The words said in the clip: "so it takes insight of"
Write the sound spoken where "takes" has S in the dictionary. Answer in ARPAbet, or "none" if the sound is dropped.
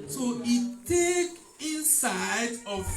none